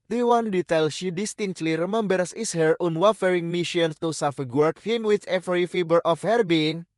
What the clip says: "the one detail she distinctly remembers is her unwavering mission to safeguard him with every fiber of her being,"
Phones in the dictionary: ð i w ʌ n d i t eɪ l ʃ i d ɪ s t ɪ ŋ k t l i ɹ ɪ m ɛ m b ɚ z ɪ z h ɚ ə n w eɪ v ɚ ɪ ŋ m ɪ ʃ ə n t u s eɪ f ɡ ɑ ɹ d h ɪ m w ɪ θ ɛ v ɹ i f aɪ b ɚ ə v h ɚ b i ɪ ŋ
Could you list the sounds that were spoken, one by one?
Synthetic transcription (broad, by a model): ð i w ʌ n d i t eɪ l ʃ i d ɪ s t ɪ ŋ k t l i ɹ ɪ m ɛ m b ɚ s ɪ s h ɚ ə n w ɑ f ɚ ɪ ŋ m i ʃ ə n t u s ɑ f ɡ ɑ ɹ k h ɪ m w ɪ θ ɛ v ɹ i f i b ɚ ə f h ɚ b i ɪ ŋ